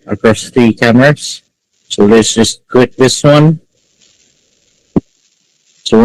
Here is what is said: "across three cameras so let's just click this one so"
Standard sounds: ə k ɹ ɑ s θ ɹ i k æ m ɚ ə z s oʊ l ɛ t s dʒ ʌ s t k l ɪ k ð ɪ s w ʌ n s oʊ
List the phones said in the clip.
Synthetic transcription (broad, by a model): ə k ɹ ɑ s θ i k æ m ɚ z s oʊ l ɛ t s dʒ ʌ s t k w ɪ k ð ɪ s w ʌ n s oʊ